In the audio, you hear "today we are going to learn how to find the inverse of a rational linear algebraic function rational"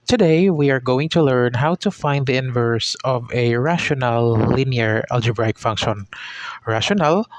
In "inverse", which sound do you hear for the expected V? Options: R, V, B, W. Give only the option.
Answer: V